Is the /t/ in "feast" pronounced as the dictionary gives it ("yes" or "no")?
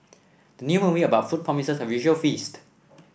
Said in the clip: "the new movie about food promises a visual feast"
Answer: yes